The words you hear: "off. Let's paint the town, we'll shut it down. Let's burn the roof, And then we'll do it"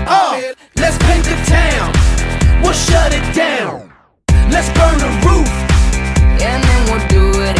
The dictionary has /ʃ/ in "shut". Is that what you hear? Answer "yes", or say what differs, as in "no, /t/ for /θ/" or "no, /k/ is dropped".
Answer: yes